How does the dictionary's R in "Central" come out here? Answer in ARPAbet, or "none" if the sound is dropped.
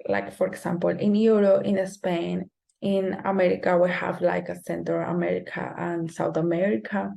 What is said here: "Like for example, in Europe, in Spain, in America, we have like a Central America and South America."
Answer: none